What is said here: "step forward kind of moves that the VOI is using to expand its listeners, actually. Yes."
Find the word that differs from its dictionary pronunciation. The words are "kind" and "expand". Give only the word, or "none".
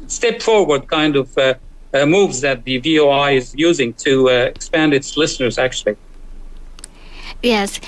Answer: none